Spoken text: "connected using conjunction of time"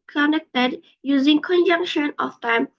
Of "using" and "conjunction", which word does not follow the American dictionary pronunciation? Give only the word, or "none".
none